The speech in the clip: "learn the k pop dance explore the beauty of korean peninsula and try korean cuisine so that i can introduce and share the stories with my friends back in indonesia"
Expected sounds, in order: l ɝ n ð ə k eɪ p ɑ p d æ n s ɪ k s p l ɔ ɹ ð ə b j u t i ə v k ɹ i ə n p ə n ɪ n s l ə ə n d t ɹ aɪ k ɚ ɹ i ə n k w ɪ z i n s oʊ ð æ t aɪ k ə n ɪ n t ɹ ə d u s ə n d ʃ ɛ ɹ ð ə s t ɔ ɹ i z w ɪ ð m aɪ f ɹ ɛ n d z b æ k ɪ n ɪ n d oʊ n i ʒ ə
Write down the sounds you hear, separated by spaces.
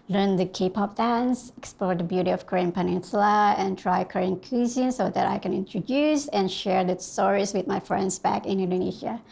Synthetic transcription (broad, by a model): l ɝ n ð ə k eɪ p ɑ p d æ n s ɪ k s p l ɔ ɹ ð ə b j u t i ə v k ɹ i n p ə n ɪ n s l ə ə n t ɹ aɪ k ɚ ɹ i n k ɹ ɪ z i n s oʊ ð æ t aɪ k ə n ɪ n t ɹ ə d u s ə n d ʃ ɛ ɹ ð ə s t ɔ ɹ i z w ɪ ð m aɪ f ɹ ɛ n d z b æ k ɪ n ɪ n d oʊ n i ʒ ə